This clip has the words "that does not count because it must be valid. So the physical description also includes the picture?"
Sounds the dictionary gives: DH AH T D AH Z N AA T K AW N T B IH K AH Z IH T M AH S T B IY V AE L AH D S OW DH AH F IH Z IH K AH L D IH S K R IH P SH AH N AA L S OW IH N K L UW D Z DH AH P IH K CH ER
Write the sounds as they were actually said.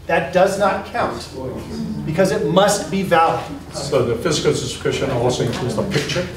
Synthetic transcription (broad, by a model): DH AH T D AH Z N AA T K AW N T B IH K AH Z IH T M AH S T B IY V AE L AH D S OW DH AH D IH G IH AH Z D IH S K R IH SH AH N AA L S OW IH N K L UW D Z DH AH P IH K CH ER